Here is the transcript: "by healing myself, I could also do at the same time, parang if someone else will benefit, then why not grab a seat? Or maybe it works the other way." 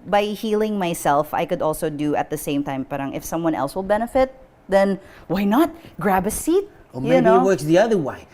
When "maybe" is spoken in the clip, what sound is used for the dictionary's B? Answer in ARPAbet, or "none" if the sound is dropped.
none